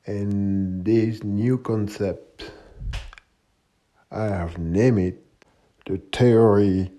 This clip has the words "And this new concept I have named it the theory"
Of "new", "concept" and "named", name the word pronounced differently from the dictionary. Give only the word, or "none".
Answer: named